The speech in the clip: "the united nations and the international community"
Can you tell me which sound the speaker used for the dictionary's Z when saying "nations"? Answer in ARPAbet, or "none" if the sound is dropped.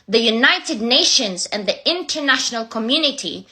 Z